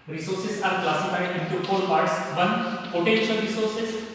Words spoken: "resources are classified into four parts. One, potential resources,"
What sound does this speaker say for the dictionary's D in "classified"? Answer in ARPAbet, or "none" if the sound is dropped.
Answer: none